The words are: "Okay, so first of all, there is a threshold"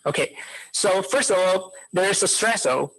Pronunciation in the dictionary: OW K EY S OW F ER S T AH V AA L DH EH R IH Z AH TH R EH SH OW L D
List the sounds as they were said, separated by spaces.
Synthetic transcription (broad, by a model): OW K EY S OW F ER S T AH V AA L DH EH R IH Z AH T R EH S OW